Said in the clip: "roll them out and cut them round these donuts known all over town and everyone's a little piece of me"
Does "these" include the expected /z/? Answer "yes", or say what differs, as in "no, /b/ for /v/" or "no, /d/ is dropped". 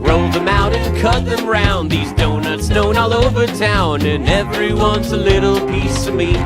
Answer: yes